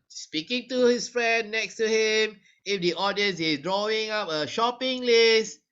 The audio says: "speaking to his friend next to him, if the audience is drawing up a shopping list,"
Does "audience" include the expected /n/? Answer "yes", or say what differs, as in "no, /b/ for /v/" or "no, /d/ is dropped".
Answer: yes